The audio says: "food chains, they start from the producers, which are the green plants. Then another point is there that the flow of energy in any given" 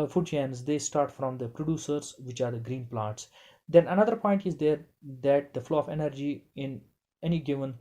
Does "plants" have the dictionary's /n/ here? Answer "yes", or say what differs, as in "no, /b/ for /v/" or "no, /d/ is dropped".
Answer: no, /n/ is dropped